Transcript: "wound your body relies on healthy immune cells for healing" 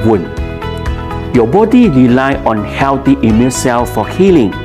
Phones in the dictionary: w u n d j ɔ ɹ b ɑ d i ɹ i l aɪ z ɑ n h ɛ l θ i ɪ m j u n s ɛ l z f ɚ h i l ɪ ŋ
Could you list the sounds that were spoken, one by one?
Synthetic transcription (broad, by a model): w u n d j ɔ b ɑ d i ɹ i l aɪ ɑ n h ɛ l t i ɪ m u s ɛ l f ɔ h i l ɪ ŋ